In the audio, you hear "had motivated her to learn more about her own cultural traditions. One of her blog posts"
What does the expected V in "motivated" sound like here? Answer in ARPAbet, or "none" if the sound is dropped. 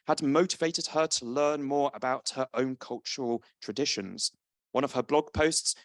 V